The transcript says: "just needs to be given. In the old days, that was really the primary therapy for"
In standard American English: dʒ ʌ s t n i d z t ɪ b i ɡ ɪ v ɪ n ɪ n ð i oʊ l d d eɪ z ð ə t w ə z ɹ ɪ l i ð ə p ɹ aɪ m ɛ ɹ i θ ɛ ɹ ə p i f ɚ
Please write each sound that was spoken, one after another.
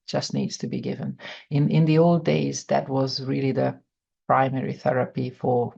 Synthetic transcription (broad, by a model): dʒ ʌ s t n i d z t ɪ b i ɡ ɪ v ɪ n ɪ n ð i oʊ l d d eɪ z ð ə t w ə z ɹ ɪ l i ð ə p ɹ aɪ m ɛ ɹ i θ ɛ ɹ ə p i f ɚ